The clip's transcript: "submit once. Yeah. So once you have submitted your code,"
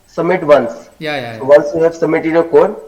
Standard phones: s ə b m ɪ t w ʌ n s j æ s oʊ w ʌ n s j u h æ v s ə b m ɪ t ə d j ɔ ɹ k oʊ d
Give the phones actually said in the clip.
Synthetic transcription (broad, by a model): s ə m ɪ t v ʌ n s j s oʊ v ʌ n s j u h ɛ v s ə m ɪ t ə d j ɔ k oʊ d